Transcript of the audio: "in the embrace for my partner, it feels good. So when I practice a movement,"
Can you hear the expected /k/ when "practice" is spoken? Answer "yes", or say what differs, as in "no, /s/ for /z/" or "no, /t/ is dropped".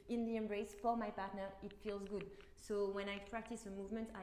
yes